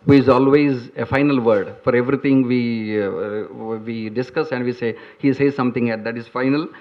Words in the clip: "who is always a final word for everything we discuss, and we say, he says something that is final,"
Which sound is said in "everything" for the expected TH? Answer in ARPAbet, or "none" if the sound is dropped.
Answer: T